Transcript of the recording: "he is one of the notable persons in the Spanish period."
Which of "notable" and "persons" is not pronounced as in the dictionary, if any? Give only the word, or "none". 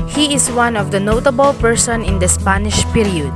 persons